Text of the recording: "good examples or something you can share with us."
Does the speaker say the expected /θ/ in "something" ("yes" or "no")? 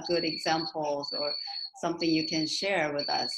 yes